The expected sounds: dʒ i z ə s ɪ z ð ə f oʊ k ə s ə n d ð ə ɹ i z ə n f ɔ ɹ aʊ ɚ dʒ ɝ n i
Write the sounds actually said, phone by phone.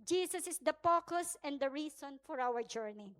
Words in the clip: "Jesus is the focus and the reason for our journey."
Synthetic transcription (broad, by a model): dʒ i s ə s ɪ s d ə p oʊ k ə s ə n d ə ɹ i s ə n f ɔ ɹ aʊ ɚ dʒ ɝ n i